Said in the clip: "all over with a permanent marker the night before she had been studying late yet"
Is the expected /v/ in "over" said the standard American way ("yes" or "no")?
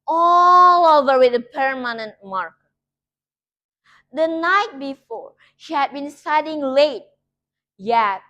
yes